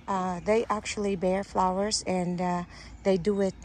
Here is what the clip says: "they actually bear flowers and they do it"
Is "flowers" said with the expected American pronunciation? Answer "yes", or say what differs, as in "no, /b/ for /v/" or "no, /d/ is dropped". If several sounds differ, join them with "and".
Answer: yes